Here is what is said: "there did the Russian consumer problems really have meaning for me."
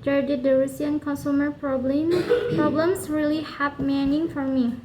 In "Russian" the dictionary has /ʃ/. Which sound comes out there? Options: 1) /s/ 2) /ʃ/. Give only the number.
1